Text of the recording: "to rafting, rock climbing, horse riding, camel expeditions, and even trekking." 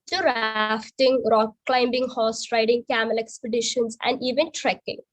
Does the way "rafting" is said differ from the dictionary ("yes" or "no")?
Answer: no